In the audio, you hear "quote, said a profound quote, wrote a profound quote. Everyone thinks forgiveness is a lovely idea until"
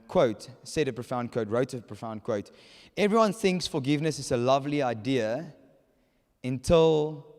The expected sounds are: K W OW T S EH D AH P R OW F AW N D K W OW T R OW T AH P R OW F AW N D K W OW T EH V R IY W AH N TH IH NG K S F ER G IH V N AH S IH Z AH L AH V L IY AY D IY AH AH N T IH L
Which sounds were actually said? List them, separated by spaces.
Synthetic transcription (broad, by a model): K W OW T S EH D AH P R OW F AW N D K W OW T R OW T AH P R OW F AW N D K W OW T EH V R IY W AH N TH IH NG K S F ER G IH V N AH S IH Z AH L AH V L IY AY D IY AH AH N T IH L